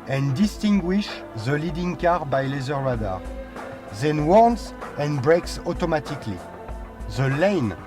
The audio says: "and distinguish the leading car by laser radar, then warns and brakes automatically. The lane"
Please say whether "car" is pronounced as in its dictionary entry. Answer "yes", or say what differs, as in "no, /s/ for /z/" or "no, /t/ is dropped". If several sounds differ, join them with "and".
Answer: yes